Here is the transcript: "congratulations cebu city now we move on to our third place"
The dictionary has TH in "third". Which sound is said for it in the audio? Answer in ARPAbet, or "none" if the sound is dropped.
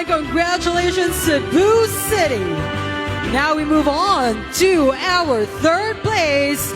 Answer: TH